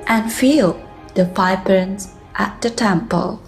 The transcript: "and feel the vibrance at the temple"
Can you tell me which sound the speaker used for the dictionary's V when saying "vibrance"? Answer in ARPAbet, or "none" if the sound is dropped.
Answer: P